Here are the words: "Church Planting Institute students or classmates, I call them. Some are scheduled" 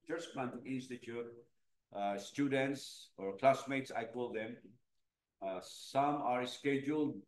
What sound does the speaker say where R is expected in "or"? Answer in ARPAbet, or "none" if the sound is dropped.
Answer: R